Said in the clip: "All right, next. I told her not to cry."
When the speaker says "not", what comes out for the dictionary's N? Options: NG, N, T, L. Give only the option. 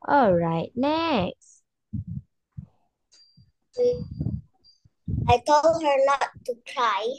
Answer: L